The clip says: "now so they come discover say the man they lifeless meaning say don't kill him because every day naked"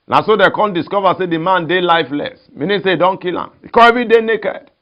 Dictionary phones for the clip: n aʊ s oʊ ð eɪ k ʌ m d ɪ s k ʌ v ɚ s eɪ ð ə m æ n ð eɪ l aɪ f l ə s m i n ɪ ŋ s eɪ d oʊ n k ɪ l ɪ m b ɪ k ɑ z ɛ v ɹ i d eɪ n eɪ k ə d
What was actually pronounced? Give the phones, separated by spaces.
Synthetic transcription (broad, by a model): n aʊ s oʊ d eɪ k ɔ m d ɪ s k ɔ v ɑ s eɪ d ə m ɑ n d eɪ l aɪ f l ə s m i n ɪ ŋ s eɪ d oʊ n k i l ɪ m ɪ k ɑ ɛ v ɹ i d eɪ n eɪ k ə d